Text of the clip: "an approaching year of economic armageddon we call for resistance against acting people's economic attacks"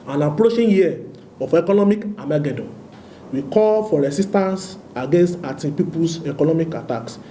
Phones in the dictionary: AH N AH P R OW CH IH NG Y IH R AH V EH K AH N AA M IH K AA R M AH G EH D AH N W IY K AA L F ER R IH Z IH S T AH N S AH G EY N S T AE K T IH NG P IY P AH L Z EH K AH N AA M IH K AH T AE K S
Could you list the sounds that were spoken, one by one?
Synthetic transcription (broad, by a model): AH N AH P R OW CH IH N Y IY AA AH F EH K AH N AA M IH K AA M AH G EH D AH W IY K AA L F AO R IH S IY S T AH N S AH G EY N S T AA T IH P IY P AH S EH K AH N AA M IH K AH T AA K S